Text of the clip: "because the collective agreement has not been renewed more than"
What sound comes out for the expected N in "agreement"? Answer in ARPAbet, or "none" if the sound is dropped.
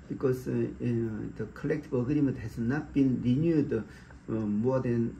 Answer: none